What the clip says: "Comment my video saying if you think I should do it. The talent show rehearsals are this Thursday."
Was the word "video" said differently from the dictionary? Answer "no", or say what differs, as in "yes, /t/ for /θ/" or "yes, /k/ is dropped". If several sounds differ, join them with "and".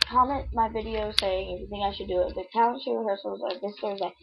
no